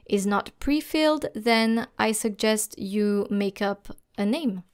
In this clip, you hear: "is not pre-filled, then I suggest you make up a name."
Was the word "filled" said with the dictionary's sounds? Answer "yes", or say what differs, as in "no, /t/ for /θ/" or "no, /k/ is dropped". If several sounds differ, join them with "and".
yes